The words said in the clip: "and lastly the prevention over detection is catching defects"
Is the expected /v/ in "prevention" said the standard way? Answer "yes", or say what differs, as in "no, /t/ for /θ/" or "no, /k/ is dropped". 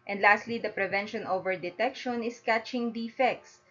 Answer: yes